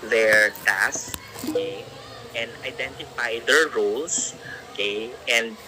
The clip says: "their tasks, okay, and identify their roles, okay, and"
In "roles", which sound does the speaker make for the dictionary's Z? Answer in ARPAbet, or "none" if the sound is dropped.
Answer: S